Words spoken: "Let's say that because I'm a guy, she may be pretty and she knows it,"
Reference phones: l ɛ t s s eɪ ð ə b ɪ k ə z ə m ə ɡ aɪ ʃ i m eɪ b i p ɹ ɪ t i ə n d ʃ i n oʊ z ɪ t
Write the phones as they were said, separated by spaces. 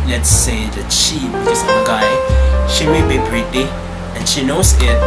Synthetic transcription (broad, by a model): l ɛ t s s eɪ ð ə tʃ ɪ ə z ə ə ɡ aɪ ʃ i m eɪ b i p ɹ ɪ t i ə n ʃ i n oʊ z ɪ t